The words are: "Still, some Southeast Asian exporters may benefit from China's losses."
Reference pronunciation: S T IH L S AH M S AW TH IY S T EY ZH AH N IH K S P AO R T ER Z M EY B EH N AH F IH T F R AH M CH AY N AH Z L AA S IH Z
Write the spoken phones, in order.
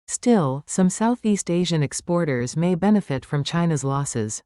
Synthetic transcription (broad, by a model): S T IH L S AH M S AW TH IY S T EY ZH AH N IH K S P AO R T ER Z M EY B EH N AH F IH T F R AH M CH AY N AH Z L AA S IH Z